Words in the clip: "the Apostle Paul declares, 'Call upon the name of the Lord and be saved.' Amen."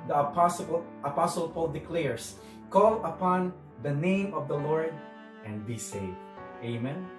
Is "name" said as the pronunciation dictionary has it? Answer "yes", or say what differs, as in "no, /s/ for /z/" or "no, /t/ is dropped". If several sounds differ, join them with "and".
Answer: yes